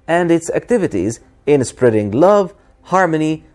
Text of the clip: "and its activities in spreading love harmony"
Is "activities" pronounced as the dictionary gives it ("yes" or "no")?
yes